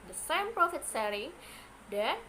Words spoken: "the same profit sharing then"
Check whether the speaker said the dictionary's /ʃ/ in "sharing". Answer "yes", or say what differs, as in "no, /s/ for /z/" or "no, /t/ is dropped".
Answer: no, /s/ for /ʃ/